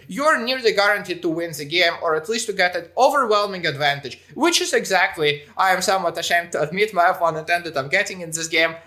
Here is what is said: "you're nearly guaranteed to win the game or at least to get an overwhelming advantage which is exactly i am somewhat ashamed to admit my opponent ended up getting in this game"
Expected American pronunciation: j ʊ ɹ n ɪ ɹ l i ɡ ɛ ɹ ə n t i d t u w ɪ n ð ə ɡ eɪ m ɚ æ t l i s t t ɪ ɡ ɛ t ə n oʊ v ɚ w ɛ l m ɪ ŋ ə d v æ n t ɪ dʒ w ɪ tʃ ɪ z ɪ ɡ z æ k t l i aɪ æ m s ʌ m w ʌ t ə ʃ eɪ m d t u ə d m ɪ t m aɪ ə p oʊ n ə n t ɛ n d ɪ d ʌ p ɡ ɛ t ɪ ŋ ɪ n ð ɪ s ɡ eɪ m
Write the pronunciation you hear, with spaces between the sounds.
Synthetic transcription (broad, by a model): j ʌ ɹ n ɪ ɹ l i ɡ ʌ ɹ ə n t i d t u w ɪ n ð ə ɡ eɪ m ɚ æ t l i s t t ɪ ɡ ɛ t ə n oʊ v ɚ w ɛ l m ɪ ŋ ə d v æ n t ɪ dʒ w ɪ tʃ ɪ z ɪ ɡ z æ k t l i aɪ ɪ m s ʌ m w ʌ t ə ʃ eɪ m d t u ə d m ɪ t m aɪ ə f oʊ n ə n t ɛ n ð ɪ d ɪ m ɡ ɛ t ɪ ŋ ɪ n ð ɪ s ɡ eɪ m